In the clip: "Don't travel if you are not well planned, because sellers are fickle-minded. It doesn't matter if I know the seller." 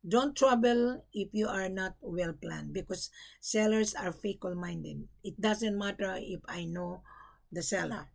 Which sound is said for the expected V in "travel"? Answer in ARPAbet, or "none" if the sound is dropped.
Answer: B